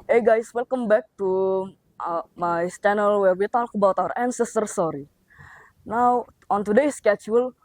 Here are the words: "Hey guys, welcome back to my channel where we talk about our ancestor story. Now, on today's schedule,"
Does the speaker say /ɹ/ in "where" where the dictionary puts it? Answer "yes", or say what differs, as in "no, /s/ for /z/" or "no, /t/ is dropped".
no, /l/ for /ɹ/